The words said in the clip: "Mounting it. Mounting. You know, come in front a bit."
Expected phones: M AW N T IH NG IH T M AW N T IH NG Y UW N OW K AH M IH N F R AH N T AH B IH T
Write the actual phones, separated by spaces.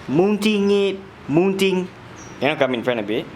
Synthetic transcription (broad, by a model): M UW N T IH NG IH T M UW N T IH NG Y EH N OW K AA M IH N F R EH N AH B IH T